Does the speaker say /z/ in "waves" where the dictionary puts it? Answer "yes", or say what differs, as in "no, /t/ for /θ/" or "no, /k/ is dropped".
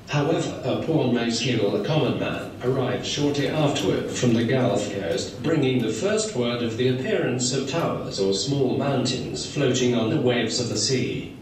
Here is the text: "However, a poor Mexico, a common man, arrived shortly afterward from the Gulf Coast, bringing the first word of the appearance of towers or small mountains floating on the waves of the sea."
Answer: yes